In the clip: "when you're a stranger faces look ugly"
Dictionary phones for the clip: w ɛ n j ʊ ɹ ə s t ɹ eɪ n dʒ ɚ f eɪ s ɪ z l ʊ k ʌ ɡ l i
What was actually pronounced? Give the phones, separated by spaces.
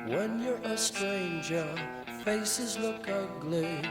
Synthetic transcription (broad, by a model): w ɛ n j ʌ ɹ ə s t ɹ eɪ n dʒ ɚ f eɪ s ɪ z l ʊ k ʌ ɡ l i